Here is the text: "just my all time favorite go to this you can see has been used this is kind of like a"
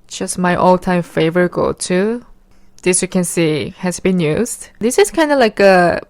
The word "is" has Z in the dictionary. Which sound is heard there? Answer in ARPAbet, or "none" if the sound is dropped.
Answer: S